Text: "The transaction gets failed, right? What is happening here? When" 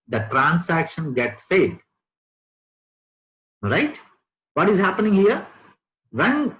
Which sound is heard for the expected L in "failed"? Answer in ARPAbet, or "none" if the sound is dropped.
none